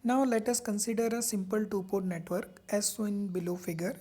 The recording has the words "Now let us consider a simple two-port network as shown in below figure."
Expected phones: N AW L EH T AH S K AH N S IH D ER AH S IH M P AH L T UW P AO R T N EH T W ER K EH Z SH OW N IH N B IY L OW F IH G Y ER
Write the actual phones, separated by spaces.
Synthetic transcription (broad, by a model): N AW L EH T AH S K AH N S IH D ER AH S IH M P AH L T UW P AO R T N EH T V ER K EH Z S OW IH N B IY L OW F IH G Y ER